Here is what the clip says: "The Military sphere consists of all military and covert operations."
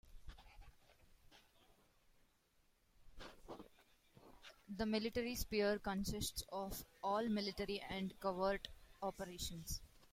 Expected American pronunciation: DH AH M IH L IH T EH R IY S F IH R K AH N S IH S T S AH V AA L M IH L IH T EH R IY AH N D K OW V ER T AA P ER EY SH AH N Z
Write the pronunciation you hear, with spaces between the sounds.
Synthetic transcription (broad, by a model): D AH M IH L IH T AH R IY S P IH R K AH N S IH S T S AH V AA L M IH L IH T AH R IY AH N D K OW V ER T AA P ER EY SH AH N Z